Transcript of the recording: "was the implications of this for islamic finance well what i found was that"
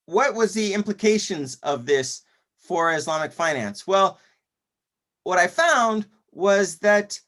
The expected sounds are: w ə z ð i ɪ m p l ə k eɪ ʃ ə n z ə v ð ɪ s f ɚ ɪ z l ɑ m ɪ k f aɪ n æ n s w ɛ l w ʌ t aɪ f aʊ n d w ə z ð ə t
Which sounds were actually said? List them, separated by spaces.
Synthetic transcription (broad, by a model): w ə z ð i ɪ m p l ə k eɪ ʃ ə n z ə v ð ɪ s f ɚ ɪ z l ɑ m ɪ k f aɪ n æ n s w ɛ l w ʌ t aɪ f aʊ n d w ə z ð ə t